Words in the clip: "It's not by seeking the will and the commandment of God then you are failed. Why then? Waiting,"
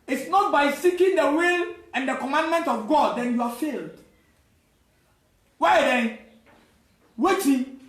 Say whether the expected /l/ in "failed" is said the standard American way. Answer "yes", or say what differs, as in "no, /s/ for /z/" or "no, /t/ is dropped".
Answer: yes